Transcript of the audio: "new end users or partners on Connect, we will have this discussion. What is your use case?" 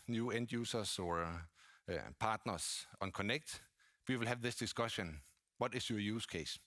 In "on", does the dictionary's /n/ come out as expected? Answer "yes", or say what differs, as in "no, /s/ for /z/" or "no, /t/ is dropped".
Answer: yes